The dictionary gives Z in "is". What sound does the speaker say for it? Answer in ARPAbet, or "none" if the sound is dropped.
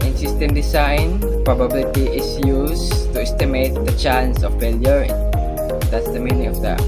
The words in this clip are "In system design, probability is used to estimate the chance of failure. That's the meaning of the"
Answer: S